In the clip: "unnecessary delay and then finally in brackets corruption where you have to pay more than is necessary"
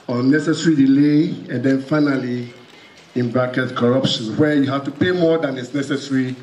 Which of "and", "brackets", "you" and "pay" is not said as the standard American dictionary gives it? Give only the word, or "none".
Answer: brackets